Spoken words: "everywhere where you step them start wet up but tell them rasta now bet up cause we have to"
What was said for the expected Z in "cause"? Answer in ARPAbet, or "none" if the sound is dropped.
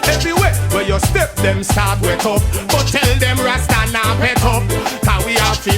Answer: none